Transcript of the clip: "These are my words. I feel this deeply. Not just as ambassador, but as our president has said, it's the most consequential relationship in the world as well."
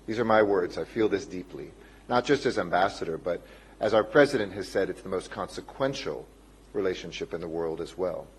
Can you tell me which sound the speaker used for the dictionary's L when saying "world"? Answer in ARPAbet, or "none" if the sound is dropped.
L